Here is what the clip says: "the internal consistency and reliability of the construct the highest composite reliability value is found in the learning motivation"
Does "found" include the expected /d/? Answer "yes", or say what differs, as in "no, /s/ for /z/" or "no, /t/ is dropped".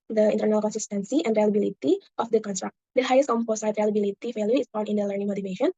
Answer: no, /d/ is dropped